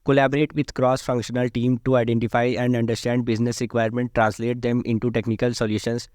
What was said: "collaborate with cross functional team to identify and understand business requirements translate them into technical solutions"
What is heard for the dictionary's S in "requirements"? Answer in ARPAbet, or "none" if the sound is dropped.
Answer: none